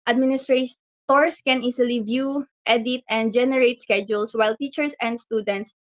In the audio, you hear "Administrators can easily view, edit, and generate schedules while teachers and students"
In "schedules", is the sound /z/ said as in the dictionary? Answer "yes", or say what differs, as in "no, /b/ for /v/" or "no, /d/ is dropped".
no, /s/ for /z/